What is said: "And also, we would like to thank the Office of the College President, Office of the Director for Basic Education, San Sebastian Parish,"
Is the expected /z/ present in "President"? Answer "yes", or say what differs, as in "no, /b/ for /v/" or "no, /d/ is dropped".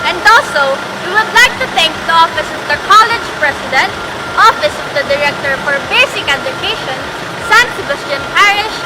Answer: no, /s/ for /z/